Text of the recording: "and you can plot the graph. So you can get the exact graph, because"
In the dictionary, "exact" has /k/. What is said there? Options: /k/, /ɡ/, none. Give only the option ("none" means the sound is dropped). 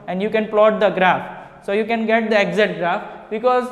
none